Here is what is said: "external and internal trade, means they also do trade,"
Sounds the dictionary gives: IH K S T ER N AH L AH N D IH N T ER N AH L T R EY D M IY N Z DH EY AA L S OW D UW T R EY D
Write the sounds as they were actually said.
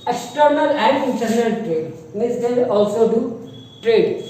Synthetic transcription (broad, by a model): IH K S T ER N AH L AH N D IH N T ER N AH L T R EY D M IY Z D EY AA L S OW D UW T R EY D